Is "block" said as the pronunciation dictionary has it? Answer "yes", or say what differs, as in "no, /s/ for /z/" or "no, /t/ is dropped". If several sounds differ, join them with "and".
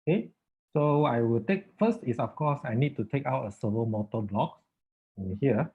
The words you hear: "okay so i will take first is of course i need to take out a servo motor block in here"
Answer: yes